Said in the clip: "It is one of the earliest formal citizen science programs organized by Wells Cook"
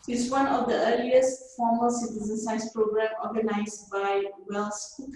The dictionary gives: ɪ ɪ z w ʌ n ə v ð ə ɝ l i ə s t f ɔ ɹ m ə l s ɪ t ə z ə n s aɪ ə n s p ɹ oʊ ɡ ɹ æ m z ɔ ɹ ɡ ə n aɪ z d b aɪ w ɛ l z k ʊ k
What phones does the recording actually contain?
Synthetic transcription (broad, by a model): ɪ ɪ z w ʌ n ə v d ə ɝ l i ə s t f ɔ m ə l s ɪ t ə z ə n s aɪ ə s p ɹ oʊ ɡ ɹ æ m ɔ ɡ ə n aɪ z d b aɪ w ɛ l s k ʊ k